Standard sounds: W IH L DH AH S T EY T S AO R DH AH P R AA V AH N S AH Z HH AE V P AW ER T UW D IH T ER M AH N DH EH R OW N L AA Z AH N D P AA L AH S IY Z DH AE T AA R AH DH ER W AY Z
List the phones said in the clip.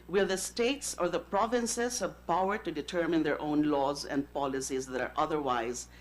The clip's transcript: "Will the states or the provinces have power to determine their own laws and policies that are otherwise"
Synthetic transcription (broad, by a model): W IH L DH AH S T EY T S AO R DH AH P R AA V AH N S AH Z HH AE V P AW ER T UW D IH T ER M AH N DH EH R OW N L AA Z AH N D P AA L AH S IY Z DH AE T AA R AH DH ER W AY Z